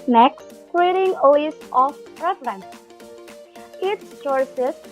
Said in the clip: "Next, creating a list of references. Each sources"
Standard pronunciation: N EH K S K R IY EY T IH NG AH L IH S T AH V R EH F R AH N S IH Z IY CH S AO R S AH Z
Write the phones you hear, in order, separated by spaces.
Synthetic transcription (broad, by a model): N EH K S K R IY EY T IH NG AH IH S AH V R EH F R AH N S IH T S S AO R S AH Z